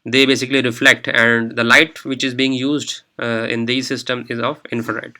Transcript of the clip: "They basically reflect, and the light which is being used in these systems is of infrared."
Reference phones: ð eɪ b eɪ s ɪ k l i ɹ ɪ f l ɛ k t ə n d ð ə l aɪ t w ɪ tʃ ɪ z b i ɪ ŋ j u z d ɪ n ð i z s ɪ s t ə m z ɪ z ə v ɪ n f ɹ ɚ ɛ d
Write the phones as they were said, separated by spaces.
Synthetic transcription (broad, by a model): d eɪ b eɪ s ɪ k l i ɹ ɪ f l ɛ k t ə n d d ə l aɪ t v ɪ tʃ ɪ z b i ɪ ŋ j u z d ɪ n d i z s ɪ s t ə m ɪ z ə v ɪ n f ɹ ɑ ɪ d